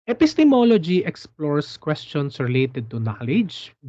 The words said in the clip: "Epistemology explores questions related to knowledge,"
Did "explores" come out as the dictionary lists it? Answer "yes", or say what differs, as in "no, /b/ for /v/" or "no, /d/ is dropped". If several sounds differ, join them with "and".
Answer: no, /s/ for /z/